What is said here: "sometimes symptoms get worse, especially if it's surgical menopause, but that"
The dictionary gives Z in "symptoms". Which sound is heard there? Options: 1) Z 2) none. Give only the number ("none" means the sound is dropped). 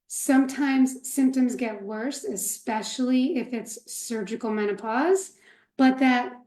1